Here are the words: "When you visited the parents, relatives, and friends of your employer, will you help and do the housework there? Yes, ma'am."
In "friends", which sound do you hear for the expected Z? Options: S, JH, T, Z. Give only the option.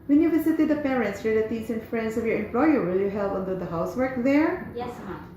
S